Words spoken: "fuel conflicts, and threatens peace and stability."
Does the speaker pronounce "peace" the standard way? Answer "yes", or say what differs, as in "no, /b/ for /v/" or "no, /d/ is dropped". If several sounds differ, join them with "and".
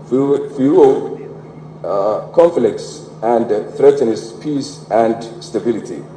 yes